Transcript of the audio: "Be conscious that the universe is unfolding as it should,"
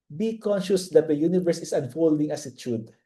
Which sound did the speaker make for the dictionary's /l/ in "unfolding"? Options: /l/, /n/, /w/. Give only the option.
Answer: /l/